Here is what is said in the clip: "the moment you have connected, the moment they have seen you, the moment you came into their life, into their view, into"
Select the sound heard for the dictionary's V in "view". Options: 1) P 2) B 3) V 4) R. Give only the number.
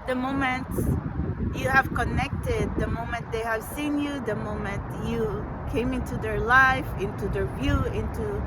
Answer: 3